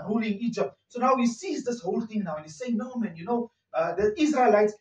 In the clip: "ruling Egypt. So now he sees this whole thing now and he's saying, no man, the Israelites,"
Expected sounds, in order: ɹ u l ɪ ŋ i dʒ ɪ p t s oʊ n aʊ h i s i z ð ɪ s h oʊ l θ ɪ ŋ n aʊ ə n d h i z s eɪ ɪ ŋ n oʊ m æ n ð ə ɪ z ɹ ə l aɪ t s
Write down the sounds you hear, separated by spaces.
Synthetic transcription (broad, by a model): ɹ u l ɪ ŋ i dʒ ɪ p t s oʊ n aʊ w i s i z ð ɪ s h oʊ l t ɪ ŋ n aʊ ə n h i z s eɪ ɪ ŋ n oʊ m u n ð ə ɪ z ɹ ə l aɪ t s